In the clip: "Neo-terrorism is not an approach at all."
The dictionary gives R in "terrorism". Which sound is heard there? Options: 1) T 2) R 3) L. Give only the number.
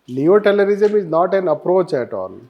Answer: 3